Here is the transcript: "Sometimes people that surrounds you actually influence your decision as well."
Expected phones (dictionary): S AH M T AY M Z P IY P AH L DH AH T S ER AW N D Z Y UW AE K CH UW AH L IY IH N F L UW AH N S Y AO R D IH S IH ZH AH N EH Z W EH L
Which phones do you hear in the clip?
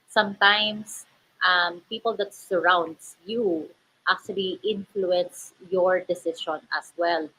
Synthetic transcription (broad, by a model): S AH M T AY M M P IY P AH L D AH T S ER AW N D S Y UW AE K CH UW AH L IY IH N F L UW AH N S Y AO R D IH S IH SH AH N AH S W EH L